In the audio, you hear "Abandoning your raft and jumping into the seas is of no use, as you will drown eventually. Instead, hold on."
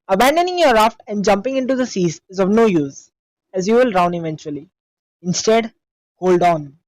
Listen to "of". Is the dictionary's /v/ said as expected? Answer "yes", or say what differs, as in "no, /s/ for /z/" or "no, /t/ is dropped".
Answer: yes